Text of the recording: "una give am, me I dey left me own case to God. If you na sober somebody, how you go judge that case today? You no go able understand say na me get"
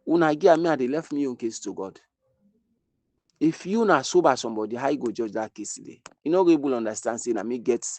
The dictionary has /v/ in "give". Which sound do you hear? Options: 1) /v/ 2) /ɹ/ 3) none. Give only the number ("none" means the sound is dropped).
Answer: 3